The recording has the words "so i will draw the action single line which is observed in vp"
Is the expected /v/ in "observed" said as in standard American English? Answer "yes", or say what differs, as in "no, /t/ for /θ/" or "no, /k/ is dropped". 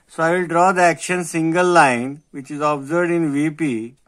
no, /v/ is dropped